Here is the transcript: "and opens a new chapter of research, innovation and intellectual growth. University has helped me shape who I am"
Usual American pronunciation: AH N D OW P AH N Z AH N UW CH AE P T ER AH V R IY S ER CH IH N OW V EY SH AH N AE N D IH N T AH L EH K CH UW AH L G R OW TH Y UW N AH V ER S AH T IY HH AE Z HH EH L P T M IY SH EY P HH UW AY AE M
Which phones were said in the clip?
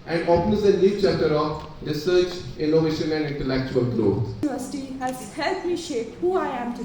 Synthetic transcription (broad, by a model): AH N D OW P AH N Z AH L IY CH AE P T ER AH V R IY S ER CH IH N OW V EY SH AH N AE N D IH N T AH L EH K CH UW AH L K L OW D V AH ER S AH T IY HH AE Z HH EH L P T M IY SH EY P HH UW AY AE M